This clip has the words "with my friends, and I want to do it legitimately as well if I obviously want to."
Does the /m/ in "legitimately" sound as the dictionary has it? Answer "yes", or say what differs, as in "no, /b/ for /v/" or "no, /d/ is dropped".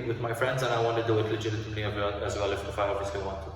no, /m/ is dropped